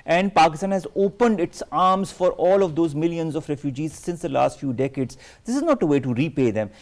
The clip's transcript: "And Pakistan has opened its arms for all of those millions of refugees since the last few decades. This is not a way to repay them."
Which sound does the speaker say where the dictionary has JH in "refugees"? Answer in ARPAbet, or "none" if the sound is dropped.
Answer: JH